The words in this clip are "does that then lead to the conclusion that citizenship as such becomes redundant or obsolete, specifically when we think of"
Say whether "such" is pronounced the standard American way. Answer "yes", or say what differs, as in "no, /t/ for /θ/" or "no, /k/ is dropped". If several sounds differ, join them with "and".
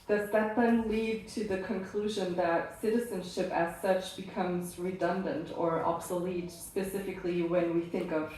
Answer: yes